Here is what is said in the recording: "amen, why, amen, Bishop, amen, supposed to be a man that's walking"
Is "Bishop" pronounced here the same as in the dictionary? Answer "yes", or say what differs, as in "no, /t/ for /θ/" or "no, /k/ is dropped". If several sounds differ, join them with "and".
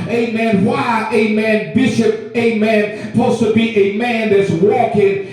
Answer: yes